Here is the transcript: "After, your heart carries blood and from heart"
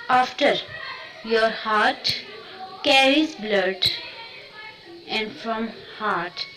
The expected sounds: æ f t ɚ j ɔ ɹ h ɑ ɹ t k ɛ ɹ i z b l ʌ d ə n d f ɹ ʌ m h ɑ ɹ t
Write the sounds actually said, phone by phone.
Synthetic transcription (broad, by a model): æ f t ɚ j ɔ ɹ h ɑ ɹ t k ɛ ɹ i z b l ʌ d ə n d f ɹ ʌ m h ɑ ɹ t